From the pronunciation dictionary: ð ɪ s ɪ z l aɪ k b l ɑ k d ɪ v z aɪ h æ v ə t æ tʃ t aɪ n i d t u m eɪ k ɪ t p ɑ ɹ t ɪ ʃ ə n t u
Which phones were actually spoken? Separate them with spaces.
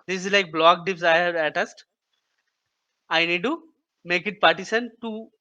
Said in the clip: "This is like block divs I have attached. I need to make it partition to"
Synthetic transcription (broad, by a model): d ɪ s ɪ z l aɪ k b l ɑ k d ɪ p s aɪ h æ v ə t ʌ s t aɪ n i d t u m eɪ k ɪ t p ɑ ɹ t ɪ s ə n t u